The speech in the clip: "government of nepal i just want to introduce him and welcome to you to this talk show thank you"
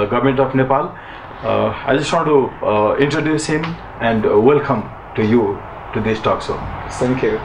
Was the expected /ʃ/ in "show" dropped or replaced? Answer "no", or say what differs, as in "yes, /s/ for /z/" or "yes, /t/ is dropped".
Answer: yes, /s/ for /ʃ/